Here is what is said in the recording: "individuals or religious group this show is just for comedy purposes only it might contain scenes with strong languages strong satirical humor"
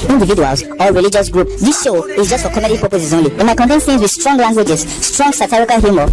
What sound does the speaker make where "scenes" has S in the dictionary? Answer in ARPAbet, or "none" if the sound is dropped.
TH